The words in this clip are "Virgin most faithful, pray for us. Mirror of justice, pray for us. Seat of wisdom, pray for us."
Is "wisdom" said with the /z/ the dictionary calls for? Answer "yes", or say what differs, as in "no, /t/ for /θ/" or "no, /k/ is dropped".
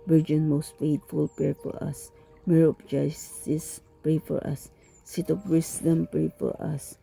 no, /s/ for /z/